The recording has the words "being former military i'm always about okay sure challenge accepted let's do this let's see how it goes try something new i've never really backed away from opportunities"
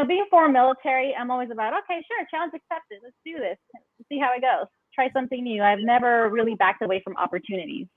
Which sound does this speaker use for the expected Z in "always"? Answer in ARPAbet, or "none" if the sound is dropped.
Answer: Z